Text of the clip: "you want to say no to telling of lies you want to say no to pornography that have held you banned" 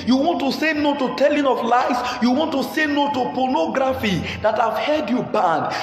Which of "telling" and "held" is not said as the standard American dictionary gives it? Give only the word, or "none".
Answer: held